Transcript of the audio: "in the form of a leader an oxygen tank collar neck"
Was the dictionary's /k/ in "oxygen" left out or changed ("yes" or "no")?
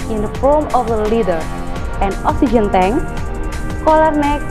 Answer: yes